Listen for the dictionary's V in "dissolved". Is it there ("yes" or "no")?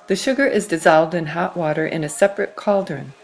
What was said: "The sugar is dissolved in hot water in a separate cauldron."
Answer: yes